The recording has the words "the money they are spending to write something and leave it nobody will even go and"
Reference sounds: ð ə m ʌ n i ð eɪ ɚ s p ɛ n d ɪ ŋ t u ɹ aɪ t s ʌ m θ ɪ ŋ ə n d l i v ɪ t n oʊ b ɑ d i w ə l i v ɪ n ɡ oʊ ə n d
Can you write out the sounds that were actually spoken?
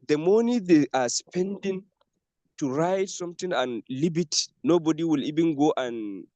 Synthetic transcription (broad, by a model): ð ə m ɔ n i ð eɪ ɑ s p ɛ n d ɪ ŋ t u ɹ aɪ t s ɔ m t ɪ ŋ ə n l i b ɪ t n oʊ b ɑ d i w ə l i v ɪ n ɡ oʊ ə n